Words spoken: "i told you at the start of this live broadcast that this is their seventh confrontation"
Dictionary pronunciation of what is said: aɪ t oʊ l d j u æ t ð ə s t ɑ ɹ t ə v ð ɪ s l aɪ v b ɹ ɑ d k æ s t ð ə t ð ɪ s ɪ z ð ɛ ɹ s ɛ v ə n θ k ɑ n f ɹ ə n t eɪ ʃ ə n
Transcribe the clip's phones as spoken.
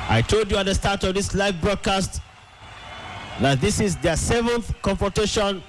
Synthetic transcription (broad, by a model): aɪ t oʊ l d j u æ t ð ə s t ɑ ɹ t ə v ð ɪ s l aɪ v b ɹ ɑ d k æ s t ð ə t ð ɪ s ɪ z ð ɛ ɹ s ɛ v ə n θ k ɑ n f ɹ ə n t eɪ ʃ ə n